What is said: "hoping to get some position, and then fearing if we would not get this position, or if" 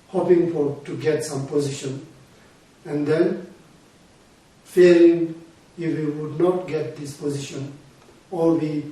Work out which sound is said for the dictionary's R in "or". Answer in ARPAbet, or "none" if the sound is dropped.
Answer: W